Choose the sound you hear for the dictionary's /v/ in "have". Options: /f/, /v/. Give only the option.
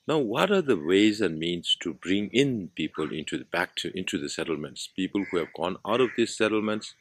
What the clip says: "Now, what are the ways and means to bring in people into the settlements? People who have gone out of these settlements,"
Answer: /v/